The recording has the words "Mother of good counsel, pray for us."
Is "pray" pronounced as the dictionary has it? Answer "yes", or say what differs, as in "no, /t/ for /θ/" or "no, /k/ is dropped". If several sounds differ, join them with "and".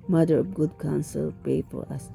no, /ɹ/ is dropped